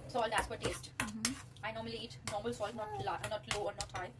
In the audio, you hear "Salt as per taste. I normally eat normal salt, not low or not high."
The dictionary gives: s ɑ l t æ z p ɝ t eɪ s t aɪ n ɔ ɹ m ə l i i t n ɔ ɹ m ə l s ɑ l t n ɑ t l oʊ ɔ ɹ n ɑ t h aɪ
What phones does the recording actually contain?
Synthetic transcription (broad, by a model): s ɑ l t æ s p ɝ t eɪ s t aɪ n ɔ ɹ m ə l i i t n ɔ ɹ m ə l s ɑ l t n ɑ t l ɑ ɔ l n ɑ t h aɪ